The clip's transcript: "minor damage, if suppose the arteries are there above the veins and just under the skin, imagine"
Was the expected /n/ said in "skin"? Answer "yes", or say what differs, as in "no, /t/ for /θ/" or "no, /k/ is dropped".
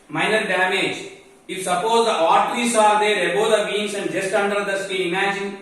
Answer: no, /n/ is dropped